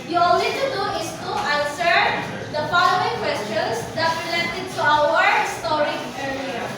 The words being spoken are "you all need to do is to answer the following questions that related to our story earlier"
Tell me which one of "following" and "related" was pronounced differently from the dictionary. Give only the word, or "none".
following